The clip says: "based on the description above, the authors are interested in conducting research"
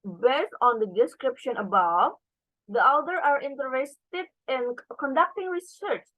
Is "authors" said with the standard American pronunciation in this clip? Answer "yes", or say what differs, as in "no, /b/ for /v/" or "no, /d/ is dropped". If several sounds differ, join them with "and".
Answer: no, /z/ is dropped